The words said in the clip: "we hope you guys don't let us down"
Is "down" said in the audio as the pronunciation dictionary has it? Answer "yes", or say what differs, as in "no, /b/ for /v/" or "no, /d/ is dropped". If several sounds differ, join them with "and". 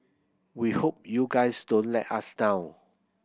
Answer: no, /n/ is dropped